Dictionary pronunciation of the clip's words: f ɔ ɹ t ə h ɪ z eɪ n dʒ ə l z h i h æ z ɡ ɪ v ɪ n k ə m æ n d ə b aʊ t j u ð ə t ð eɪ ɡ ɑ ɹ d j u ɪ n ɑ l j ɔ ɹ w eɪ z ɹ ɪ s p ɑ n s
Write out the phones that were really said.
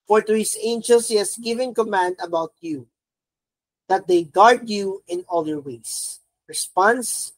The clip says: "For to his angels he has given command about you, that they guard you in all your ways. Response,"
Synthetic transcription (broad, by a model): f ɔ ɹ t ə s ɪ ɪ n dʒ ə l s h i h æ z ɡ ɪ v ɪ n k ə m æ n d ə b aʊ t j u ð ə t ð eɪ ɡ ɑ ɹ d j u ɪ n ɑ l j ɔ ɹ w eɪ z ɹ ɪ s p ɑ n s